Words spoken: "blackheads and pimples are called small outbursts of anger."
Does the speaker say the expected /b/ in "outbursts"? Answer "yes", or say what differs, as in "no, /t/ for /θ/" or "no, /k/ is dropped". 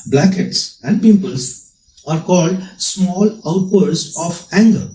no, /b/ is dropped